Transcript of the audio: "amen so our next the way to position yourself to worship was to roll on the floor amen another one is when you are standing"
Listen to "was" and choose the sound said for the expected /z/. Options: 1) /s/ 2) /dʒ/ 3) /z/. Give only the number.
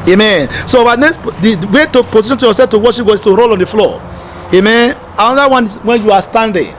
1